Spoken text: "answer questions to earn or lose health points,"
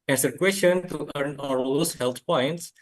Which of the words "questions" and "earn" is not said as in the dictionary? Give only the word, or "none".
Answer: questions